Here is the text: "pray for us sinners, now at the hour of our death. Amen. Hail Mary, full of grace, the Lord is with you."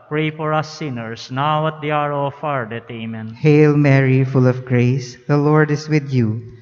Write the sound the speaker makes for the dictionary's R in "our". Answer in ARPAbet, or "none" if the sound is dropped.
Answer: R